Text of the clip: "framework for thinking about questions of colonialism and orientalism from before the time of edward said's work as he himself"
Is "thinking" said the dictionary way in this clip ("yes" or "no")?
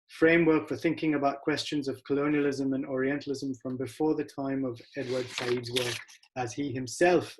yes